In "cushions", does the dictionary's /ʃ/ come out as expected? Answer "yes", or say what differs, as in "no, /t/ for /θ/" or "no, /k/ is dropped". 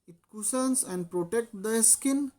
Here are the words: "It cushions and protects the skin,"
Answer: no, /s/ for /ʃ/